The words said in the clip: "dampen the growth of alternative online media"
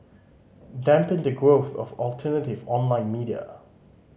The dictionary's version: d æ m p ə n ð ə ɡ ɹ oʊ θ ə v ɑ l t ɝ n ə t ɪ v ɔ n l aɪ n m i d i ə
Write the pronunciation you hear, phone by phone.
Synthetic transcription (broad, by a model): d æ m p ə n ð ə ɡ ɹ oʊ θ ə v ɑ l t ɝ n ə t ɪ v ɔ n l aɪ n m i d i ə